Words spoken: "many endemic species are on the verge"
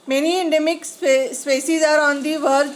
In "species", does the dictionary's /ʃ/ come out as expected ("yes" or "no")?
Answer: no